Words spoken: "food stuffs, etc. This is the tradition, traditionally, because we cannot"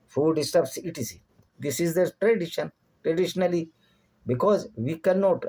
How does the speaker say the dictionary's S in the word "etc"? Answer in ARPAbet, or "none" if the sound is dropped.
none